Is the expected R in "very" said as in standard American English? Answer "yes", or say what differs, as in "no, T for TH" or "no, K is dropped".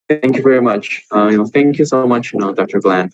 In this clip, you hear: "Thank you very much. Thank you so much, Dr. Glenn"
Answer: yes